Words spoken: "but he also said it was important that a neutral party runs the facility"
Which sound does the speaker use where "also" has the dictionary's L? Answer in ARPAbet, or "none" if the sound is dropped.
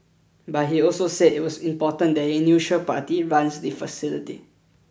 L